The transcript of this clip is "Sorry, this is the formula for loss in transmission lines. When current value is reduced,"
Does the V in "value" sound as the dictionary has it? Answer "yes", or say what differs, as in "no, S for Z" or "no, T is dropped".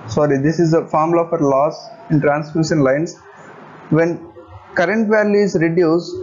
yes